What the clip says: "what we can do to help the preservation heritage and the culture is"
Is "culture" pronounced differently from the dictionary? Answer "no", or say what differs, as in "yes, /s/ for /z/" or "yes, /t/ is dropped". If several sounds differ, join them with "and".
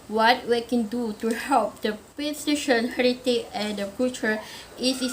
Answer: yes, /l/ is dropped